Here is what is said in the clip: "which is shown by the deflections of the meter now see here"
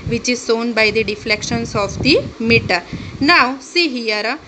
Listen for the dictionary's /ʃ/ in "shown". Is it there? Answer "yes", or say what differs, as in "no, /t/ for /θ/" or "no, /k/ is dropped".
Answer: no, /s/ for /ʃ/